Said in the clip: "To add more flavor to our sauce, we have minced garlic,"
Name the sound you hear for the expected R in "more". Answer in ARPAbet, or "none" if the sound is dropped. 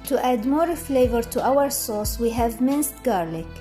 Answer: R